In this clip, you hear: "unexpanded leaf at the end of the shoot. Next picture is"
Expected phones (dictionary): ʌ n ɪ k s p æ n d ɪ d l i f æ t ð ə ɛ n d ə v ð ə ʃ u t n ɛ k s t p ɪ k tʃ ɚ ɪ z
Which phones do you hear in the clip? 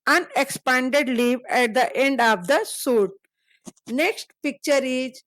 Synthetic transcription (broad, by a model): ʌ n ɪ k s p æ n d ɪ d l i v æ t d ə ɛ n d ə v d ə s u t n ɛ k s t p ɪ k tʃ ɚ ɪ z